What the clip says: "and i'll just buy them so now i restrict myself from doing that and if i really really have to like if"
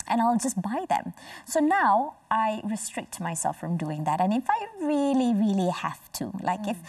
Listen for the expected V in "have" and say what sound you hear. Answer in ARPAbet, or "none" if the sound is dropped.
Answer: F